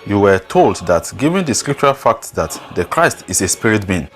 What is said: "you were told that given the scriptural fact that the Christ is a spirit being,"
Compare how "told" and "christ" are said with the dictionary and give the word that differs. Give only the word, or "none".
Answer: none